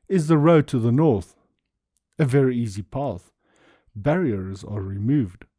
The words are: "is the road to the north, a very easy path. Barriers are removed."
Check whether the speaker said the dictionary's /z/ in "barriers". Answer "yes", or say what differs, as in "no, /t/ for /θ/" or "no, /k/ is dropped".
yes